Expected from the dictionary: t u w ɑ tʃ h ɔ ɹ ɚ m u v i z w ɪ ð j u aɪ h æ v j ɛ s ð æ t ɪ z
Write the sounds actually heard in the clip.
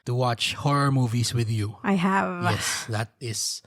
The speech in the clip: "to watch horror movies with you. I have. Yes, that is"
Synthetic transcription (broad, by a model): t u w ɑ tʃ h ɔ ɹ ɚ m u v i s w ɪ ð j u aɪ h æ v j ɛ s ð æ t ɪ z